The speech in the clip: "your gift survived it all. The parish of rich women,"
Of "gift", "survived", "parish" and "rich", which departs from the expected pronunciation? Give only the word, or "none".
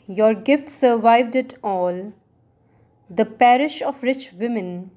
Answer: none